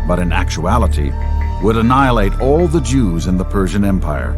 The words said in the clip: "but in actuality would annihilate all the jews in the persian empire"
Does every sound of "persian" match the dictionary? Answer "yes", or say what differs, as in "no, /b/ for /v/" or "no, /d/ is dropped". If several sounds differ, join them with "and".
yes